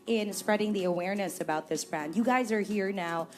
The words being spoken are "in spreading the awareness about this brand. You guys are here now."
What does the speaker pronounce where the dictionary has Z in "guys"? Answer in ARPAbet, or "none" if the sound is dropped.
Z